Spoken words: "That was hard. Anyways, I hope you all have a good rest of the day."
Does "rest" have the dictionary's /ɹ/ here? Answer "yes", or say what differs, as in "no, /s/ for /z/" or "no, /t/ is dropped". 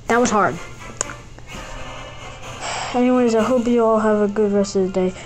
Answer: yes